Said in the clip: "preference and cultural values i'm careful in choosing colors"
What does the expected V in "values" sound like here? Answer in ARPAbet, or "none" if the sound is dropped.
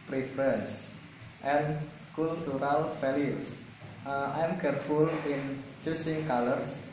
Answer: F